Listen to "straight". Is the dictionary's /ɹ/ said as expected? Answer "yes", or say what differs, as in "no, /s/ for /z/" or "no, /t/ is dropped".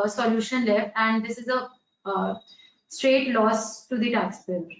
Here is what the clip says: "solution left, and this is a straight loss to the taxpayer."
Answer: yes